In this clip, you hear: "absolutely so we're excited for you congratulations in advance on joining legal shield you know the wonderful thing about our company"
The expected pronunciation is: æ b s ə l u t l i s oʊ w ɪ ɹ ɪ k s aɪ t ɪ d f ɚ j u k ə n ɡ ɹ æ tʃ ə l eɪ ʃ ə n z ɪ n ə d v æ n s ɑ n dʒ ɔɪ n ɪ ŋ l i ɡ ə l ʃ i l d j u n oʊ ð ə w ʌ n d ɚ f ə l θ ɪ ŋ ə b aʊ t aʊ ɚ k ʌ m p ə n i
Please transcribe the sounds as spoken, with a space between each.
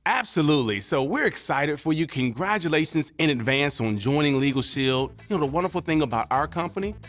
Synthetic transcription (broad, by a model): æ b s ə l u t l i s oʊ w ɪ ɹ ɪ k s aɪ t ɪ d f ɚ j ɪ k ə n ɡ ɹ æ tʃ ə l eɪ ʃ ə n z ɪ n ə d v æ n s n dʒ ɔɪ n ɪ ŋ l i ɡ l ʃ i l d j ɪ n oʊ ð ə w ʌ n d ɚ f l θ ɪ ŋ ə b aʊ t aʊ ɚ k ʌ m p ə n i